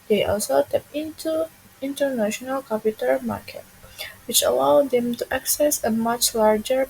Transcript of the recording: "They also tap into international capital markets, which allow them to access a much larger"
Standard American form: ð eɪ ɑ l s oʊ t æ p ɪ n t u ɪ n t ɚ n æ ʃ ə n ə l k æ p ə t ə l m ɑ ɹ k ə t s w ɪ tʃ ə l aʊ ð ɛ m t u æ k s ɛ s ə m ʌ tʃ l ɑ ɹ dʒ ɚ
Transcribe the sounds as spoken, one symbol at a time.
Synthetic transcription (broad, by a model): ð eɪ ɑ l s oʊ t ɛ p ɪ n t u ɪ n t ɚ n æ ʃ ə n ə l k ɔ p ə t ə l m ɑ ɹ k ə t w ɪ tʃ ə l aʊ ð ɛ m t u æ k s ɛ s ə m ʌ tʃ l ɑ ɹ dʒ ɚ